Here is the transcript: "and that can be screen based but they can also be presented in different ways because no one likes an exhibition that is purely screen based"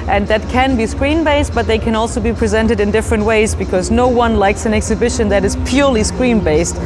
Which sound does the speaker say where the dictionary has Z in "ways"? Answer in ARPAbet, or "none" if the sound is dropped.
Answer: Z